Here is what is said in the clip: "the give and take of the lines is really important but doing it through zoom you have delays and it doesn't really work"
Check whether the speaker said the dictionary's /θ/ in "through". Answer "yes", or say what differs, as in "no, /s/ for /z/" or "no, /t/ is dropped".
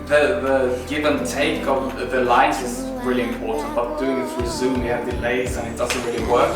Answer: no, /s/ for /θ/